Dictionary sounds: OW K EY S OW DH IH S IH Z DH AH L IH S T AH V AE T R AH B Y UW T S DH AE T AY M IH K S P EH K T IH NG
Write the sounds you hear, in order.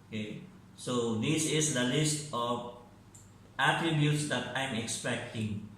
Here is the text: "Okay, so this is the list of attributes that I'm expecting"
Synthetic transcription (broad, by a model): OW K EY S OW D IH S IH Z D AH L IH S T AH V AE T R AH B Y UW T S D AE T AY M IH K S P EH K T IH NG